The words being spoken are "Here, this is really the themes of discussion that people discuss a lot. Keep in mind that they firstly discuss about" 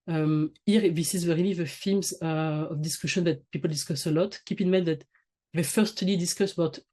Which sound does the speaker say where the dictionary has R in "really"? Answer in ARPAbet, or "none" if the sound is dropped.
W